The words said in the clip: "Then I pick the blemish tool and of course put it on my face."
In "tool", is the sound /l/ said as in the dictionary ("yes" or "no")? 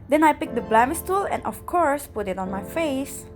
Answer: yes